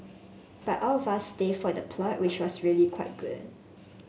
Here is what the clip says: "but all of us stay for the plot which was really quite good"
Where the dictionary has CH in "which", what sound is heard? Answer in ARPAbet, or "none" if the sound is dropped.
CH